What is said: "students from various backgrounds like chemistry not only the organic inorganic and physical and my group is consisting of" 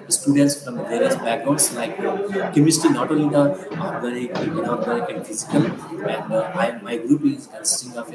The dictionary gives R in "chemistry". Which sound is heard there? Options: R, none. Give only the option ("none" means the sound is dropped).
none